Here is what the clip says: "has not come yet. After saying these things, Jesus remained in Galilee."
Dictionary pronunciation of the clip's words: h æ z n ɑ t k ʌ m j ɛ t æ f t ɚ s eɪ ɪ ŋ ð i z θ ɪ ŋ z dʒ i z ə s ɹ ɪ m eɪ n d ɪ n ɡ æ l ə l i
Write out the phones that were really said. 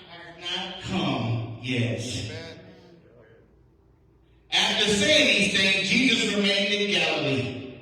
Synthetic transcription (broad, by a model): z n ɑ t k ʌ m j ɛ t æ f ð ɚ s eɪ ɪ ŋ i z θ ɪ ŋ dʒ i z ə s ɹ ɪ m eɪ n d ɪ n ɡ æ l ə l i